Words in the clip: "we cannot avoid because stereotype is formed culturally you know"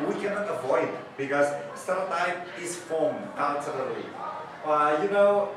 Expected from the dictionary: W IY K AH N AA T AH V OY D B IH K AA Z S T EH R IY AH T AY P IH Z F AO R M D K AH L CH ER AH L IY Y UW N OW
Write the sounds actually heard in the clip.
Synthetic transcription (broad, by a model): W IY K AH N AA T AH V OY D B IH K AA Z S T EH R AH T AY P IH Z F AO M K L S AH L ER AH IY Y UW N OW